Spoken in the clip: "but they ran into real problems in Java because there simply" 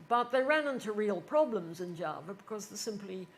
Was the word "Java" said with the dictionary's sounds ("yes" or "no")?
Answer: yes